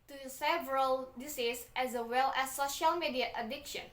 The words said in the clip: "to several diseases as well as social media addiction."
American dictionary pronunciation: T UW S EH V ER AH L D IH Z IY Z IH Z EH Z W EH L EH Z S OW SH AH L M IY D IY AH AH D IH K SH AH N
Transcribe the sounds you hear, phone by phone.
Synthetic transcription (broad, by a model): T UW S EH V ER AH L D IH S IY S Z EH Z W EH L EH S OW SH AH L M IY D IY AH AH D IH K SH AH N